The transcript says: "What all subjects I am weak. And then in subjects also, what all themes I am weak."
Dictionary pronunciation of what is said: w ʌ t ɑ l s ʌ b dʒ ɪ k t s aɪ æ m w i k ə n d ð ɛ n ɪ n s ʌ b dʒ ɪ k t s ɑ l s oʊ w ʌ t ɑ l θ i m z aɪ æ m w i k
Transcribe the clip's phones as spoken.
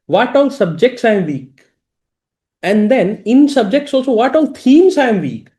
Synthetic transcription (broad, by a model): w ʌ t ɑ l s ʌ b dʒ ɪ k t s aɪ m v i k ə n d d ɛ n ɪ n s ʌ b dʒ ɪ k t s ɑ l s oʊ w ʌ t ɑ l t i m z aɪ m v i k